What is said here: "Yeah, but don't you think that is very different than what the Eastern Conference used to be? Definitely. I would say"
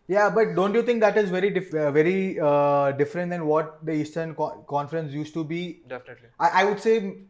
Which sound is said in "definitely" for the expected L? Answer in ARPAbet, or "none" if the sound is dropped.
none